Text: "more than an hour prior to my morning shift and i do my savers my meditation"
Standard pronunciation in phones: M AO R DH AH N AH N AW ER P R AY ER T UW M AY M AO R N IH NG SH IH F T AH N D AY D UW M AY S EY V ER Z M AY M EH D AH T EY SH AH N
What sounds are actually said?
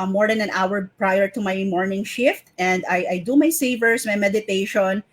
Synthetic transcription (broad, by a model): M AO R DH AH N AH N AW ER P R AY ER T UW M AY M AO R N IH NG SH IH F T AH N D AY D UW M AY S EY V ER S M AY M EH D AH T EY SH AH N